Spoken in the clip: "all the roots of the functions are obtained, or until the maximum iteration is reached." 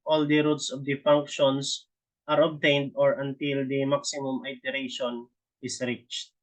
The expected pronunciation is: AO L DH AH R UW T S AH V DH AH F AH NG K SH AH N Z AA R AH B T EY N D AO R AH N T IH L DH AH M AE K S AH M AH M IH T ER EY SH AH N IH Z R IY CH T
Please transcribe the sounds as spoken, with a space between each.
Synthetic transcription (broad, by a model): AO L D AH R UW T S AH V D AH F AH NG K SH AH N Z AA R AH B T EY N D AO R AH N T IH L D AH M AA K S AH M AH M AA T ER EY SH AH N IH S R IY CH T